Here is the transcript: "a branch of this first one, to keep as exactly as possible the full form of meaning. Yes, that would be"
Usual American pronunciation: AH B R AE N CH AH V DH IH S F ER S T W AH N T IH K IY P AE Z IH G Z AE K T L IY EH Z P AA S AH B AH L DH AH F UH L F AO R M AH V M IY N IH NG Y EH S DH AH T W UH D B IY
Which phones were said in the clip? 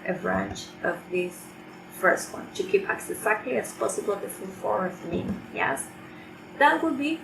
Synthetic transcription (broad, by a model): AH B R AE N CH AH V DH IH S F ER S T W AH N T IH K IY P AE S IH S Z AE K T L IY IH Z P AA S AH B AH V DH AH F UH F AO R AH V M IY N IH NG Y EH S DH AH T W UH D B IY